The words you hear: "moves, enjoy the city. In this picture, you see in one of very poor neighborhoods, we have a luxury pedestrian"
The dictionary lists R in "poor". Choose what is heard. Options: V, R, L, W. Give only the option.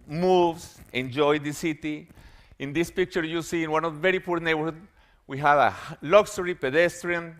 R